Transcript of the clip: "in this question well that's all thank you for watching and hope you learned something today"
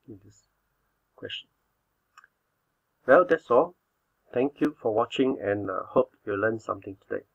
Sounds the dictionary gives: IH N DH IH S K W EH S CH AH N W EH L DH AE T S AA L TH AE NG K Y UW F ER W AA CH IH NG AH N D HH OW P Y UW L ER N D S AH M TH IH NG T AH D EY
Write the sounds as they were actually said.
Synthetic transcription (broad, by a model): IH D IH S K W EH S CH AH N W EH L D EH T S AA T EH NG K Y UW F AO W AA CH IH NG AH N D HH OW P Y UW L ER N S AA M T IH NG T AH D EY